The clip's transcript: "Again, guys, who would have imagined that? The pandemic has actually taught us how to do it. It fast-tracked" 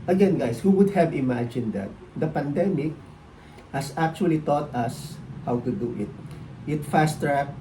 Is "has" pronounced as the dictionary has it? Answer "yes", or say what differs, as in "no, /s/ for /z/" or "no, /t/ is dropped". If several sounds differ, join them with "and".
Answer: no, /s/ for /z/